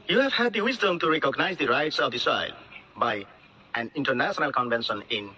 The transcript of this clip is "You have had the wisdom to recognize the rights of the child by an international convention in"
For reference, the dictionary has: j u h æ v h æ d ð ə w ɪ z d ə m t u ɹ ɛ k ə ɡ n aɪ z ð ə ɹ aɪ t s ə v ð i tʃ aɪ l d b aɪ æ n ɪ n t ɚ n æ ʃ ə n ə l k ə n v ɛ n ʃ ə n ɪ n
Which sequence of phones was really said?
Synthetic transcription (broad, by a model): j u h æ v h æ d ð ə w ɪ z d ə m t u ɹ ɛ k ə ɡ n aɪ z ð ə ɹ aɪ t s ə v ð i s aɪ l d b aɪ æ n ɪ n t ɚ n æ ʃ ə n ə l k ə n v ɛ n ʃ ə n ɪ n